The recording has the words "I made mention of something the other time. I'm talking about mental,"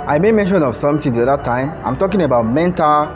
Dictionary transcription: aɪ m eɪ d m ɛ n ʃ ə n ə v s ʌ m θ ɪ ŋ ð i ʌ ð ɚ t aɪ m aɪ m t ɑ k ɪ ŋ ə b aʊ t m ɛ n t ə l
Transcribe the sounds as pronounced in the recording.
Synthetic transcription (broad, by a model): aɪ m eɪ m ɛ n ʃ ə n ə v s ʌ m t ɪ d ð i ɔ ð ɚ t aɪ m aɪ m t ɑ k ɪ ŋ ə b aʊ t m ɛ n t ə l